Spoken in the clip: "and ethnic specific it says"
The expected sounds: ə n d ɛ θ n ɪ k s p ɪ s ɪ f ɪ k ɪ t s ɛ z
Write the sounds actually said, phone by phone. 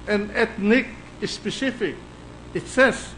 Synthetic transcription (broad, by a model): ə n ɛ t n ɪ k s p ɪ s ɪ f ɪ k ɪ t s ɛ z